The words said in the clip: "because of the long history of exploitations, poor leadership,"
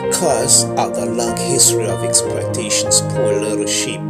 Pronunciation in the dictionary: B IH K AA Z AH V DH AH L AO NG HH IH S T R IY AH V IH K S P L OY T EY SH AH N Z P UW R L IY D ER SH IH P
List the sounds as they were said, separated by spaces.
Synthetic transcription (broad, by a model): K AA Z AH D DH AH L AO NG HH IH S T R IY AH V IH K S P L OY T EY SH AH N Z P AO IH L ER SH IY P